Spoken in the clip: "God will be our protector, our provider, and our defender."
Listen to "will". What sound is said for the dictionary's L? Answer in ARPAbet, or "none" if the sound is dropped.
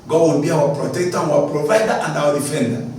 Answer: N